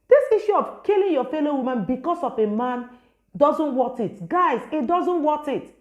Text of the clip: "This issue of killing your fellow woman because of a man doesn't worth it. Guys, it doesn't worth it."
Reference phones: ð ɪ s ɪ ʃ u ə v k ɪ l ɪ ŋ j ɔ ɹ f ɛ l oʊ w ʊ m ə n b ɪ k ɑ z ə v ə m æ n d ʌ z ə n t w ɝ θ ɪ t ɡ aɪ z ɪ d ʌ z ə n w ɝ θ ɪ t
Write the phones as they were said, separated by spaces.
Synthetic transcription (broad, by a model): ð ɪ s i ʃ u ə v k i l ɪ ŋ j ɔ f ɛ l oʊ w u m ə n b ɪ k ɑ s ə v ə m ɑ n d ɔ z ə n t w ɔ t ɪ t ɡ aɪ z ɪ d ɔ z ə n w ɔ t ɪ t